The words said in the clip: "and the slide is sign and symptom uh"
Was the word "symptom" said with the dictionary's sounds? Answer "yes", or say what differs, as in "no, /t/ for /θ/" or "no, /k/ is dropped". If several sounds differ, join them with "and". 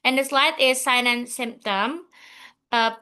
yes